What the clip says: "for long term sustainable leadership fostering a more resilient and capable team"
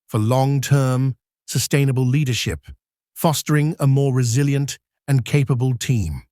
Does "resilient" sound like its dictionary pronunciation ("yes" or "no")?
yes